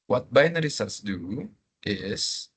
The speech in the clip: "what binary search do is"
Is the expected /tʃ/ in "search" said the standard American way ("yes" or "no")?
no